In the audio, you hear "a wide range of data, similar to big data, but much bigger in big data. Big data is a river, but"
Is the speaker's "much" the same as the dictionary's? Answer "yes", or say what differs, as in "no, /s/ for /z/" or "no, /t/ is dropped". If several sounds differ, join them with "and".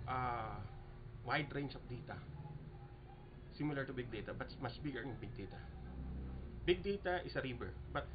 no, /s/ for /tʃ/